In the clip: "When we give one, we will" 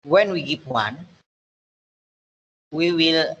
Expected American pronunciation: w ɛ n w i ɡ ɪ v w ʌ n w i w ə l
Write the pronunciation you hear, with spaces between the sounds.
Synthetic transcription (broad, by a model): w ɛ n w i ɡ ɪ p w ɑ n w i w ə l